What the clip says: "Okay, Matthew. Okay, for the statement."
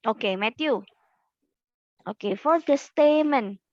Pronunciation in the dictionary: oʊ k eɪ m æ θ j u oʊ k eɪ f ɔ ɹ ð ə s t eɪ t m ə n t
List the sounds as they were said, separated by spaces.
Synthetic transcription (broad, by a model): oʊ k eɪ m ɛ t j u oʊ k eɪ f ɔ ɹ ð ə s t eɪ m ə n